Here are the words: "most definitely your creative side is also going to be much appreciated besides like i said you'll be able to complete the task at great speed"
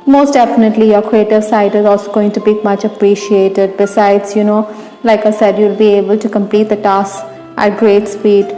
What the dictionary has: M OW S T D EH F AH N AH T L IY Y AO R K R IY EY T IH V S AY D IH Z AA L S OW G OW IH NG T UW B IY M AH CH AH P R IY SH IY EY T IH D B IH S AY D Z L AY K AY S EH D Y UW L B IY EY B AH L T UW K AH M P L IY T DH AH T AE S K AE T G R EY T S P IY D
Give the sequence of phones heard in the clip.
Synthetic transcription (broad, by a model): M OW S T D EH F AH N AH T L IY Y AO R K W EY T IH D S AY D IH Z AA L S OW G OW IH NG T UW B IY M AH CH AH P R IY SH IY EY T IH D B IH S AY D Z L AY K AY S EH D Y UW L B IY EY B AH L T UW K AH M P L IY T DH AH T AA S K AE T G R EY T S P IY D